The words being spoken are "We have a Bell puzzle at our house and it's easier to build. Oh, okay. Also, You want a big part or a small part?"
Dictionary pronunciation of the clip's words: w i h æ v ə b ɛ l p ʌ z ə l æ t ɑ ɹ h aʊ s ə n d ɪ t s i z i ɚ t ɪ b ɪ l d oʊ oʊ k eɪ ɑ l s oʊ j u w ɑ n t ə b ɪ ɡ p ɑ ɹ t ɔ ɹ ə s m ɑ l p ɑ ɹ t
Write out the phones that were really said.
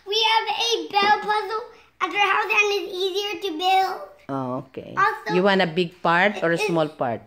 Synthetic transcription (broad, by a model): w i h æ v ə b ɛ l p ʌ z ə l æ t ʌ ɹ h aʊ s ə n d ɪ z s i z i ɚ t ɪ b ɪ l d oʊ oʊ k eɪ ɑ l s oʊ j u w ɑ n ə b ɪ ɡ p ɑ ɹ t ɔ ɹ ə s m ɑ l p ɑ ɹ t